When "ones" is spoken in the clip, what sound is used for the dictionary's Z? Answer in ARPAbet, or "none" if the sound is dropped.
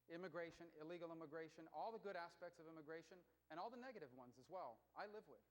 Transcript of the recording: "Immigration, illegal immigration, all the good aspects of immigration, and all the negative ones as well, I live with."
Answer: Z